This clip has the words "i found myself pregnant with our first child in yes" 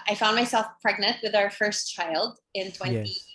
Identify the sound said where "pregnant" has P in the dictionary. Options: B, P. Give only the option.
P